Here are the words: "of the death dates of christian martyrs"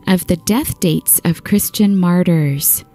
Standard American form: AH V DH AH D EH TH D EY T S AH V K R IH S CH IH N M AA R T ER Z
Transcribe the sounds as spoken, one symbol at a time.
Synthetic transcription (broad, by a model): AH V DH AH D EH TH D EY T S AH V K R IH S CH IH N M AA R T ER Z